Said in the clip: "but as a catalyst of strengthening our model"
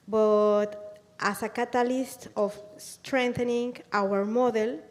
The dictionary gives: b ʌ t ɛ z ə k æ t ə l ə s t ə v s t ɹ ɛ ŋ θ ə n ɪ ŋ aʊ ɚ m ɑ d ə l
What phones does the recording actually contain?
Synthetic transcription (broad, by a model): b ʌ t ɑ s ə k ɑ t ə l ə s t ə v s t ɹ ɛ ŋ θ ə n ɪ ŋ aʊ ɚ m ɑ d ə l